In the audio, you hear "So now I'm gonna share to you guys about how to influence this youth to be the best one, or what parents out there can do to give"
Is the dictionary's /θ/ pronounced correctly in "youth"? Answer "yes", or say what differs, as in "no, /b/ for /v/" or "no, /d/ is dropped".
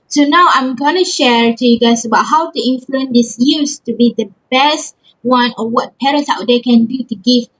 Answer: no, /s/ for /θ/